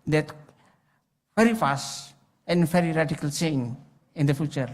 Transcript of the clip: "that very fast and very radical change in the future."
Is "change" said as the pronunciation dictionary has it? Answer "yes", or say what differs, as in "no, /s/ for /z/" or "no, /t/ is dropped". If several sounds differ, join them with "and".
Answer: no, /s/ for /tʃ/